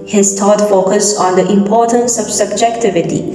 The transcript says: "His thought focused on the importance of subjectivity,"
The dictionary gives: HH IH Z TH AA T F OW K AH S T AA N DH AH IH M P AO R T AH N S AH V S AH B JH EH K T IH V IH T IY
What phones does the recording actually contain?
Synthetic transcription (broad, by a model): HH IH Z T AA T F OW K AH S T AA N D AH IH M P AO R T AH N S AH B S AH B JH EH K T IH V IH T IY